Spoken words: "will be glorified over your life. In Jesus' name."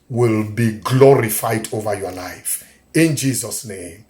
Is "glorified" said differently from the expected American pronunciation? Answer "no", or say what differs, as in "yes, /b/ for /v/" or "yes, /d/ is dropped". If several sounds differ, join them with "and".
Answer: no